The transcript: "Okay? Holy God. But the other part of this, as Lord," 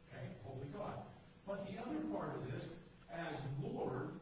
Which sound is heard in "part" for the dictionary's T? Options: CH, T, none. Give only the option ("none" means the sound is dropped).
T